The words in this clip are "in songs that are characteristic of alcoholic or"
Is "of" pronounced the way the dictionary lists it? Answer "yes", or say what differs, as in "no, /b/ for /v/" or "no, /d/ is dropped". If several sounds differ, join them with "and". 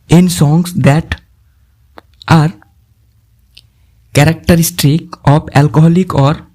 no, /p/ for /v/